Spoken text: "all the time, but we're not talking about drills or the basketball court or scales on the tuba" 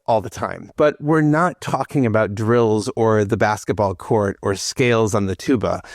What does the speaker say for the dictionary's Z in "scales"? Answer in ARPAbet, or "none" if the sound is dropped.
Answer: Z